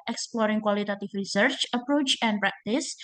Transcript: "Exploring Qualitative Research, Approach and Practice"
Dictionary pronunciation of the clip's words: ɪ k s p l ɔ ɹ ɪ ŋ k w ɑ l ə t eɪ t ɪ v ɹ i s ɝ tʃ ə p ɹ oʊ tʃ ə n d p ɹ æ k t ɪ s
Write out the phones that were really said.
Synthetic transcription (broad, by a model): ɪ k s p l ɔ ɹ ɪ ŋ k w ɑ l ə t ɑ t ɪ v ɹ i s ɝ tʃ ə p ɹ oʊ tʃ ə n p ɹ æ k t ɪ s